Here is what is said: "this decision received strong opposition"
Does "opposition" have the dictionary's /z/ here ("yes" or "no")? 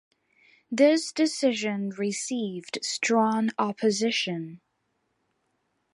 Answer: yes